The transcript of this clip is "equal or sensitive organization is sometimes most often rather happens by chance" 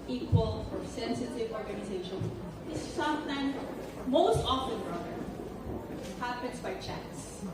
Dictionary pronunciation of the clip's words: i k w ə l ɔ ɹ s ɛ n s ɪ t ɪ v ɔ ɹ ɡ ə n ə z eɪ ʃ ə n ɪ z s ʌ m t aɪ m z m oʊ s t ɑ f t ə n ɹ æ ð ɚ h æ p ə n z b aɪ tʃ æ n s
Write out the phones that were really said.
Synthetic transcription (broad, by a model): i k w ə l ɔ ɹ s ɛ n s ɪ t ɪ v ɔ ɹ ɡ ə n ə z eɪ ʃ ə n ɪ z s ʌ m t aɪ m m oʊ s t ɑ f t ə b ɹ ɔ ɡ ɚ h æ p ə n s b aɪ tʃ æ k s